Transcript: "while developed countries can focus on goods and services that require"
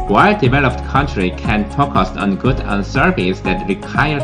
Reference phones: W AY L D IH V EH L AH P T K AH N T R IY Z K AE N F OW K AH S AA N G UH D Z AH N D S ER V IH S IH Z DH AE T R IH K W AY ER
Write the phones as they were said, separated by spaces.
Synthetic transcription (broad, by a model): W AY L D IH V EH L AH P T K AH N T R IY K AE N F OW K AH S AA N G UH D AH N S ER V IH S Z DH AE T R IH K AY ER